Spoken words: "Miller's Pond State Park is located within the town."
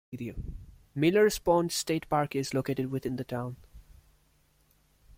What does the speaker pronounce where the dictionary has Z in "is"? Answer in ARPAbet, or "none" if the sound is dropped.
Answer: Z